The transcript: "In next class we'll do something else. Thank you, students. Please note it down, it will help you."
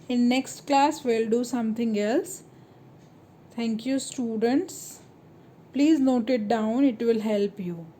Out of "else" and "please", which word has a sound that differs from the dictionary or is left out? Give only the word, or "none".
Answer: none